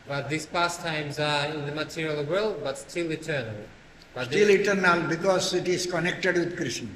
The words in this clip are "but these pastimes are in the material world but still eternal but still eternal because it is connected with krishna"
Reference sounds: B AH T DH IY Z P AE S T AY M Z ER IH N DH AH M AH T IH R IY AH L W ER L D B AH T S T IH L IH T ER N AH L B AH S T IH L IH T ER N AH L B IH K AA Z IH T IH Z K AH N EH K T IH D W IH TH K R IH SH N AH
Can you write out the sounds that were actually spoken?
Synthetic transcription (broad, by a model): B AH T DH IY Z P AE S T AY M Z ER IH N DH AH M AH T IH R IY AH L W ER L D B AH T S T IH L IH T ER N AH L B AH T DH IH L IH T ER N AH L B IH K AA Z IH T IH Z K AH N EH K T IH D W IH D K R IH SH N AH